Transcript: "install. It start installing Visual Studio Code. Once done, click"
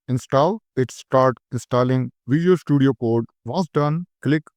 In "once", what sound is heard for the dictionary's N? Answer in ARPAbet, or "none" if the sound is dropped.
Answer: none